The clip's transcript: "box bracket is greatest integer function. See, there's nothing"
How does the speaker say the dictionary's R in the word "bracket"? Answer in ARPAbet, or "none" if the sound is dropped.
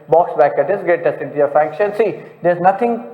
none